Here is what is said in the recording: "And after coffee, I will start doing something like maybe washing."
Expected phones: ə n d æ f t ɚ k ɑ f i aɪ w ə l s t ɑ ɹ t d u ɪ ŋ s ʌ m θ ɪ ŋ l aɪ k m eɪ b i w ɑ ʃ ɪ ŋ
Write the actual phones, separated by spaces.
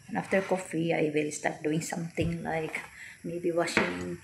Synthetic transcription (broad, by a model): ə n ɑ f t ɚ k ɑ f i aɪ w ə l s t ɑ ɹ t d u ɪ ŋ s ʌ m t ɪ ŋ l aɪ k m eɪ b i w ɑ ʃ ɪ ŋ